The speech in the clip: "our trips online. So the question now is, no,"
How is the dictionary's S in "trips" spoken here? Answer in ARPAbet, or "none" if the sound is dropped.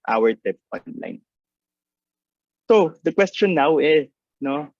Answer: none